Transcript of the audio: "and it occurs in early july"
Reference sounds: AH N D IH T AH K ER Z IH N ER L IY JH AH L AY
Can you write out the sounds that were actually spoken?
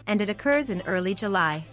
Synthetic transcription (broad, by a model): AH N D IH T AH K ER Z IH N ER L IY JH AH L AY